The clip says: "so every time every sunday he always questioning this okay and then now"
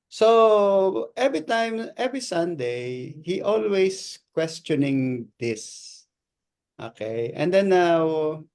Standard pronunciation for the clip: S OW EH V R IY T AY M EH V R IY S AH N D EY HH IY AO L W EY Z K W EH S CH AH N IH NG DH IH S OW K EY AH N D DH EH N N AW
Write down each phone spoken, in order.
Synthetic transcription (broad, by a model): S OW EH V R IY T AY M EH V R IY S AH N D EY HH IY AO L W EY S K W EH S CH AH N IH NG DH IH S OW K EY AH N D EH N N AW